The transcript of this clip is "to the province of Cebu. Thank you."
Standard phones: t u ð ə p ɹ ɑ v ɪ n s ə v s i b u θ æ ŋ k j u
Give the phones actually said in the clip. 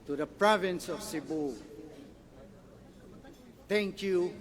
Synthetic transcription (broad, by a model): t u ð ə p ɹ ɑ v ɪ n s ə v s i b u t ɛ ŋ k j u